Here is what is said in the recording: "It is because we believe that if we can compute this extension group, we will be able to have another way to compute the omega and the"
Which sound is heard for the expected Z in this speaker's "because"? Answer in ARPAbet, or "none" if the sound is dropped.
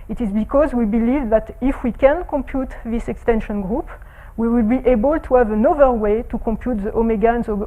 Z